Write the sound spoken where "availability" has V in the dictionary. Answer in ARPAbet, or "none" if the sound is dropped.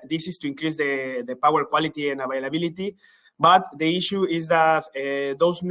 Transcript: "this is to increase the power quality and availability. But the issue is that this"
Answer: B